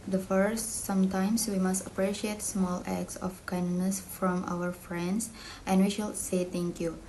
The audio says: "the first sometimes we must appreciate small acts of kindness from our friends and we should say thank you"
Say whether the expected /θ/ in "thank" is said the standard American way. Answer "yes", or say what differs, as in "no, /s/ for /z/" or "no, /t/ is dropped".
no, /t/ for /θ/